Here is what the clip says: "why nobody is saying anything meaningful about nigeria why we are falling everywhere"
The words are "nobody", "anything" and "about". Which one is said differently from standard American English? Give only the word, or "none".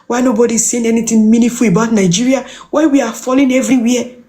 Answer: anything